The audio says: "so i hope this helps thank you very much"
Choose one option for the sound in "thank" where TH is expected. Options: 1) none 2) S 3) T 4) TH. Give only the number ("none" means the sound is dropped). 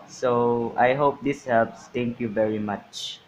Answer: 3